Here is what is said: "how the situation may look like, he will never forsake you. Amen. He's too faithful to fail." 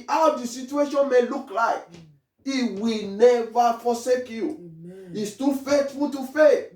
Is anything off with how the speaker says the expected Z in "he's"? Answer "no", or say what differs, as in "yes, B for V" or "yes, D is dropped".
yes, S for Z